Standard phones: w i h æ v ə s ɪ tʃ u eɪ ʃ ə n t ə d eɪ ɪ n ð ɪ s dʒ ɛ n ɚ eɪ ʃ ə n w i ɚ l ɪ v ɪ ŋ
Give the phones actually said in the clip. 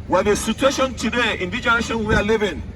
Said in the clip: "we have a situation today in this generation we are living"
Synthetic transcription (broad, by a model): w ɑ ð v ə s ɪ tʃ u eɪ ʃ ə n t ə d eɪ ɪ n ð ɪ dʒ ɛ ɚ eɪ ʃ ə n w i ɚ l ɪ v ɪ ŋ